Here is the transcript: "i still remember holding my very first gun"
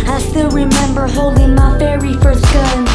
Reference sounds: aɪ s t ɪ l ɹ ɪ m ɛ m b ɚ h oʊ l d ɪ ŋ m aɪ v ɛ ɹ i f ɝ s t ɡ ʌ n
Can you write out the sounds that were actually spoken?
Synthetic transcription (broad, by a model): aɪ s t ɪ l ɹ ɪ m ɛ m b ɚ h oʊ l d ɪ ŋ m aɪ f ɛ ɹ i f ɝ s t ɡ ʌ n